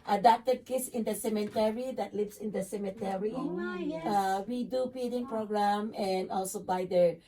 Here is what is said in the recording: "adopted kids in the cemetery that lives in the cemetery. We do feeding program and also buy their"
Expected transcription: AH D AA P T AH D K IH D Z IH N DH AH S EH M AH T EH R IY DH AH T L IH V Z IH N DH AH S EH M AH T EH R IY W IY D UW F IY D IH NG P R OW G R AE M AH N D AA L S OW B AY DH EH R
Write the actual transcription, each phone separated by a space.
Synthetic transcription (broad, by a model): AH D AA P T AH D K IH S IH N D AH S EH M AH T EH R IY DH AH T L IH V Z IH N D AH S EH M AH T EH R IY W IY D UW P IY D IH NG P R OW G R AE M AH N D AA L S OW B AY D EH R